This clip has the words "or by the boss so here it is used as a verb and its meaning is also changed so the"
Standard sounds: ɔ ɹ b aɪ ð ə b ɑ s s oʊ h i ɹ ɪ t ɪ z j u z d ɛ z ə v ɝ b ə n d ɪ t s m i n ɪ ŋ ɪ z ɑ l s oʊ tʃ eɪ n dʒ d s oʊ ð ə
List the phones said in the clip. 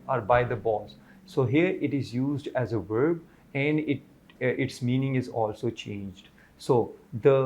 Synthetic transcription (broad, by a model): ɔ ɹ b aɪ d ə b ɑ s s oʊ h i ɹ ɪ t ɪ z j u z d ɛ z ə v ɝ b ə n d ɪ t s m i n ɪ ŋ ɪ z ɑ l s oʊ tʃ eɪ n dʒ d s oʊ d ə